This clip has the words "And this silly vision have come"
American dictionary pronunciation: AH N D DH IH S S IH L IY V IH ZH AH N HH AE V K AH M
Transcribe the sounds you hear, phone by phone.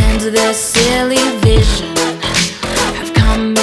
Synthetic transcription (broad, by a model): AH N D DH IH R S IH L IY V IH ZH AH N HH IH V K AH M